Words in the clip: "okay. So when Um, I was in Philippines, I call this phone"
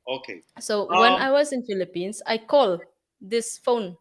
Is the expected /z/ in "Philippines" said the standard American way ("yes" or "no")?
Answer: no